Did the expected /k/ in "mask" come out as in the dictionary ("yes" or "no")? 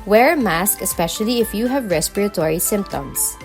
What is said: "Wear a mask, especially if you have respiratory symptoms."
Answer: yes